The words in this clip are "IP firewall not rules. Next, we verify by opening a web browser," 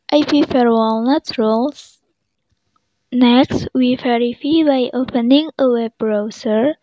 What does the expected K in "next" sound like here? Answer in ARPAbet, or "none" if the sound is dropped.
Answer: K